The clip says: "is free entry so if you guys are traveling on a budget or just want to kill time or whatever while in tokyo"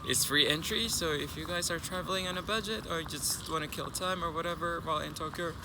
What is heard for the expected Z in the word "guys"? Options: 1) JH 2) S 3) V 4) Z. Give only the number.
4